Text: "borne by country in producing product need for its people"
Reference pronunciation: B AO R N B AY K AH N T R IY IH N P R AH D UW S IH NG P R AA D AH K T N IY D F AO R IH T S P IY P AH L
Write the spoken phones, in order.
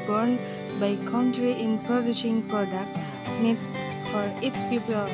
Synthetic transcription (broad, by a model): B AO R N B AY K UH N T R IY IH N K R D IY SH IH NG P R AA D AH K T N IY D F AO R IH T S P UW P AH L